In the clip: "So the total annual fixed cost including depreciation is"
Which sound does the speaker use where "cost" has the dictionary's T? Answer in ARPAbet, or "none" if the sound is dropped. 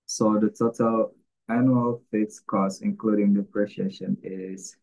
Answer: none